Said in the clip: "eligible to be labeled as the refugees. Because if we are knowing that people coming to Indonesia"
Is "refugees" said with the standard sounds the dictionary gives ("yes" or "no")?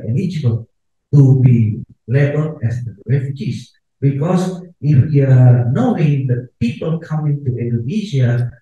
no